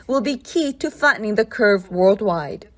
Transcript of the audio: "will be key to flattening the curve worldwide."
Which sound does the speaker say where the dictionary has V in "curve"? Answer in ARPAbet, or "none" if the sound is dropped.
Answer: V